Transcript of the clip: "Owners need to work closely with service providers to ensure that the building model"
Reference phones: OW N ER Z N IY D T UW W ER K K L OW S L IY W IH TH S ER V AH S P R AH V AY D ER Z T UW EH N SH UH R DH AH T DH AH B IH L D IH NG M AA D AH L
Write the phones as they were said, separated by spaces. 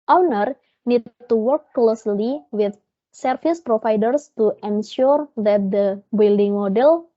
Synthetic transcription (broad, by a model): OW N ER N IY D T UW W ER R K L OW S L IY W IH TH S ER F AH S P R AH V AY D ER S T UW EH N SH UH R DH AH T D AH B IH L D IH NG M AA D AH L